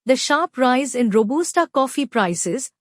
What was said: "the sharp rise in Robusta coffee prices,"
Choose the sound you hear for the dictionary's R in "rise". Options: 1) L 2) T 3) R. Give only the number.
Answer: 3